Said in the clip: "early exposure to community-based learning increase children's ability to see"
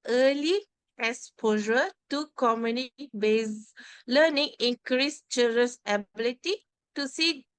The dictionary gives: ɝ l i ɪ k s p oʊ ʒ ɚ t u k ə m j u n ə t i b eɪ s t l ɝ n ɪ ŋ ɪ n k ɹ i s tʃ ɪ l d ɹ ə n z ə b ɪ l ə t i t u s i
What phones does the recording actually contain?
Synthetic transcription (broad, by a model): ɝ l i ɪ s p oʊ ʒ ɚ t u k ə m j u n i b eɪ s l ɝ n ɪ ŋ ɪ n k ɹ i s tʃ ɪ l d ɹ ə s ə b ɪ l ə t i t u s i